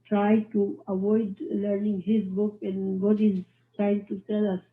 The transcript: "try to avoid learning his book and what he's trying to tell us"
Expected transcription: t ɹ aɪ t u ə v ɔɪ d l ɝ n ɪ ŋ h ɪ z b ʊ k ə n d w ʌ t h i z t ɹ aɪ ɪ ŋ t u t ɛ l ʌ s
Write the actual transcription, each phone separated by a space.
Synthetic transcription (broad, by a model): t ɹ aɪ t u ə v ɔɪ d l ɝ n ɪ ŋ h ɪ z b ʊ k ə n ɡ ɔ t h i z t ɹ aɪ ɪ ŋ t u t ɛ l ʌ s